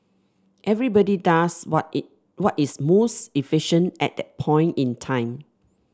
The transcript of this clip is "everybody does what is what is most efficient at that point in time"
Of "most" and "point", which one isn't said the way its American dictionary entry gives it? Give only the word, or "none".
none